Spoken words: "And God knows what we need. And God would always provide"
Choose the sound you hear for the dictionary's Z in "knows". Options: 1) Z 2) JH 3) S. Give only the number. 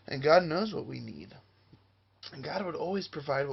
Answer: 1